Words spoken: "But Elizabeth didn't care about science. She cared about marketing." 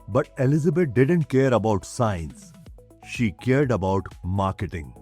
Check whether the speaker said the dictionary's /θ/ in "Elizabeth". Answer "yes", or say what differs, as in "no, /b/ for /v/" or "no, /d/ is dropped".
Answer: no, /t/ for /θ/